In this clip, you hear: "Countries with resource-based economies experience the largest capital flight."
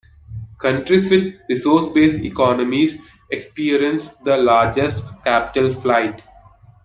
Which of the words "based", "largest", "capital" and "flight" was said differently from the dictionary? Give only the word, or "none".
based